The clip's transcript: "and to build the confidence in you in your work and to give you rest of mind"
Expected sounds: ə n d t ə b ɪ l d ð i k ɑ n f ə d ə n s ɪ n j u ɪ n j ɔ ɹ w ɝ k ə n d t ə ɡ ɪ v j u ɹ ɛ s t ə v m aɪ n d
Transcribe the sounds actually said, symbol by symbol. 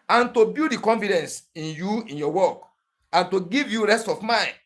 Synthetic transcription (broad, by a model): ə n t ə b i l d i k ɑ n f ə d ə n s ɪ n j u ɪ n j ɔ w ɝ k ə n t ə ɡ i v j u ɹ ɛ s t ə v m aɪ n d